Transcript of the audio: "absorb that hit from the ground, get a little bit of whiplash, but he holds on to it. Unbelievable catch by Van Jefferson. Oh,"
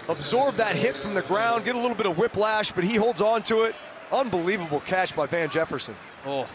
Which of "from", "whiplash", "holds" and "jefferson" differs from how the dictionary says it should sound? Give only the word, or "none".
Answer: none